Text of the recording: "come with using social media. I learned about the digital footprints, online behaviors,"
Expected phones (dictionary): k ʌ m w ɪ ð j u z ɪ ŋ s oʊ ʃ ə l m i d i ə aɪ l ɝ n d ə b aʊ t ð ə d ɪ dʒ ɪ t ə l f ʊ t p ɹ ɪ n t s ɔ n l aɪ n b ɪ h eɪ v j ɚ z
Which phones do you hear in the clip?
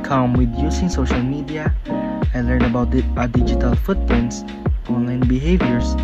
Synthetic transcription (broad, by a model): k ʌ m w ɪ ð j u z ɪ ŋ s oʊ ʃ ə l m i d i ə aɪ l ɝ n d ə b aʊ t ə d ɪ dʒ ɪ t ə l f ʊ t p ɪ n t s ɔ n l aɪ n b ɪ h eɪ v j ɚ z